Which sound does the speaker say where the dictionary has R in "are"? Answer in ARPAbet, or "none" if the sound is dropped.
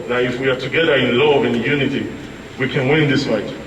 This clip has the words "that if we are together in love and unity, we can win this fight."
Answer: R